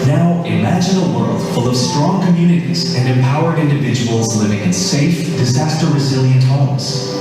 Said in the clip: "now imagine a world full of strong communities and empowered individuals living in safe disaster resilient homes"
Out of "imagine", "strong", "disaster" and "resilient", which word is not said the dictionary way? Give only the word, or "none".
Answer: none